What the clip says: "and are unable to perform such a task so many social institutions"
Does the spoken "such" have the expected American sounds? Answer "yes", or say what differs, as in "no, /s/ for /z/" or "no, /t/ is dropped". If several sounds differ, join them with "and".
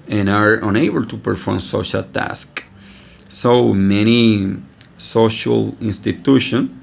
no, /ʃ/ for /tʃ/